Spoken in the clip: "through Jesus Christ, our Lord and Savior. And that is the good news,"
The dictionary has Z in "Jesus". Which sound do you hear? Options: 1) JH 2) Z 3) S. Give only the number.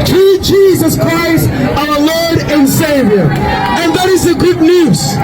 2